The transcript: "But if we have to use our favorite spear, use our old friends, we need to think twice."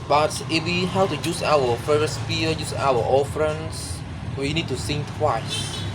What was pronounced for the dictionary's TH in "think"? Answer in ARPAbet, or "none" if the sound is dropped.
S